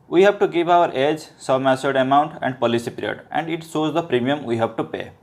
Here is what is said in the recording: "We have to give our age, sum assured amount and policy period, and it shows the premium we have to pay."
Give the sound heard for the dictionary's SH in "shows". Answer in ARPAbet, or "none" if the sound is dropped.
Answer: S